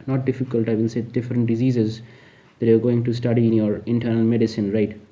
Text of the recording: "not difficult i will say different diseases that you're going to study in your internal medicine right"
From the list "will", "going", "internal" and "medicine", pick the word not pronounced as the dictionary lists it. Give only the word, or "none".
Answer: will